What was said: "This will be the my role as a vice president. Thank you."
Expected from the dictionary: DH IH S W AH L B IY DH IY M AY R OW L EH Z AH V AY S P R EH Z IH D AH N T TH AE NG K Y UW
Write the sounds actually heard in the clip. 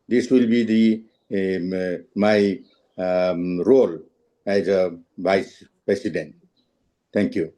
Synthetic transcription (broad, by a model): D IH S W AH L B IY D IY M AY R OW L EH Z AH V AY S P R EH S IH D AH N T T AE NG K Y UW